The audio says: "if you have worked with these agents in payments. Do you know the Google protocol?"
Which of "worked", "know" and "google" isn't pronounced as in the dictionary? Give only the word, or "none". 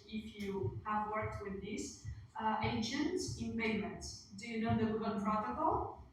google